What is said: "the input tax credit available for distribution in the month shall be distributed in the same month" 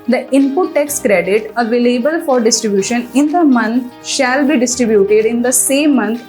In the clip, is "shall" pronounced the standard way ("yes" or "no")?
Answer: yes